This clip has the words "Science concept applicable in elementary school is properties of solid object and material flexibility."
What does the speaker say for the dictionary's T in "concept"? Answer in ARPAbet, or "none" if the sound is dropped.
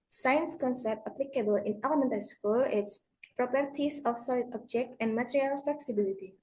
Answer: T